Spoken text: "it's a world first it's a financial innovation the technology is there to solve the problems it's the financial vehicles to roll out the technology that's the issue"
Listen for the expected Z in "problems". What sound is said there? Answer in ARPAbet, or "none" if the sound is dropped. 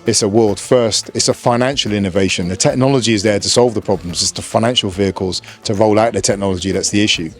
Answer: Z